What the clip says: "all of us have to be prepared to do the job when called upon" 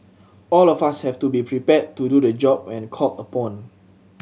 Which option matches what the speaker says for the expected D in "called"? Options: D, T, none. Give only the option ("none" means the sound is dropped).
none